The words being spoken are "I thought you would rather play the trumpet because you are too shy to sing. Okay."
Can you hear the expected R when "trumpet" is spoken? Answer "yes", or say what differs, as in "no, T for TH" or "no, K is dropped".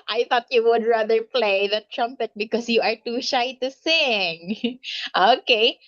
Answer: yes